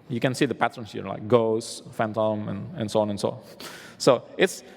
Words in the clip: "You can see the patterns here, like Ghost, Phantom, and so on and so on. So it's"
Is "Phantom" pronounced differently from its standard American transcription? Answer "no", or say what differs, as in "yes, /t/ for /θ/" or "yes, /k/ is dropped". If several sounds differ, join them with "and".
no